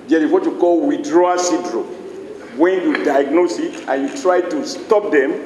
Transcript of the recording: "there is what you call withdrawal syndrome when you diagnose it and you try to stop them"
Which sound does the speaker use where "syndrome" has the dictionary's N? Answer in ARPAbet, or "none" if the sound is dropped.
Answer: none